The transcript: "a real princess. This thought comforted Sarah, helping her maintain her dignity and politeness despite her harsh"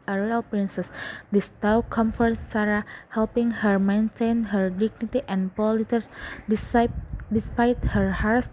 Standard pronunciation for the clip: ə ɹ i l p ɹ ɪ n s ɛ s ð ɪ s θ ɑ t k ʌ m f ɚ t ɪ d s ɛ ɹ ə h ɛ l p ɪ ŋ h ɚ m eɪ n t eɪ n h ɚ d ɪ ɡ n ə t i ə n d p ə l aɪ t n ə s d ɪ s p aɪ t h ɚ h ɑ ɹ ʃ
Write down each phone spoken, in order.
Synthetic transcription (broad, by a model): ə ɹ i l p ɹ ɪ n s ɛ s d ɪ s t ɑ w k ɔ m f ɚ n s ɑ ɹ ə h ɛ l p ɪ ŋ h ɚ m eɪ n t eɪ n h ɚ d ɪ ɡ n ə t i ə n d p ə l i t ə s d ɪ s p aɪ t h ɚ h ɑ ɹ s